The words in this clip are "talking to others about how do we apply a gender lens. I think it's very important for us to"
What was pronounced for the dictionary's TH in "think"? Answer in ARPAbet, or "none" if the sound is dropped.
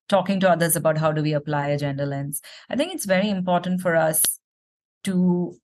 T